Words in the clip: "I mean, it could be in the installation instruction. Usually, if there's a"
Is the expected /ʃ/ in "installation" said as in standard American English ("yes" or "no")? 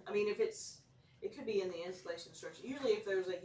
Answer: no